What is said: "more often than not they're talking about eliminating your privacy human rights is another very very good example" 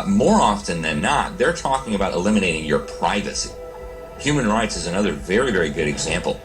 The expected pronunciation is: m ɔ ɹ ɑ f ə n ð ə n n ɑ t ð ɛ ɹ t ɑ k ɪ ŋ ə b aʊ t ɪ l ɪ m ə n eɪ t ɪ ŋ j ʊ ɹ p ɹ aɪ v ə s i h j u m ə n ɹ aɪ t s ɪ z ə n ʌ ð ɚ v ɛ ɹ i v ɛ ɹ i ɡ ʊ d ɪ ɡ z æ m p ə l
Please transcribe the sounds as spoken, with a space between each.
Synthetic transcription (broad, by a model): m ɔ ɹ ɑ f ə n ð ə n n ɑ t ð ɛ ɹ t ɑ k ɪ ŋ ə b aʊ t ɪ l ɪ m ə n eɪ t ɪ ŋ j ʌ ɹ p ɹ aɪ v ə s i h j u m ə n ɹ aɪ t s ɪ z ə n ʌ ð ɚ v ɛ ɹ i v ɛ ɹ i ɡ ʊ d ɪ ɡ z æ m p l